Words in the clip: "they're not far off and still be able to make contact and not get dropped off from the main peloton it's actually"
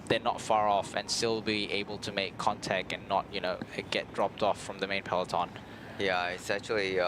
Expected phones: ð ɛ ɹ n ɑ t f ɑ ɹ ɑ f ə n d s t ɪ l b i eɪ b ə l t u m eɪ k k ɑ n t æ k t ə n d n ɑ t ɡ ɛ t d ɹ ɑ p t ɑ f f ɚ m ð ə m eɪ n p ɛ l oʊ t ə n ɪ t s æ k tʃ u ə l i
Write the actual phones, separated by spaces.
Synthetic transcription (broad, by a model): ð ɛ n ɑ t f ɑ ɹ ɑ f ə n s t ɪ l b i eɪ b ə l t u m eɪ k k ɑ n t æ k t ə n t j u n ɡ ɛ t d ɹ ɑ p t ɑ f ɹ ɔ m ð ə m eɪ n p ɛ l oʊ t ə n ɪ t s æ k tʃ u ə l i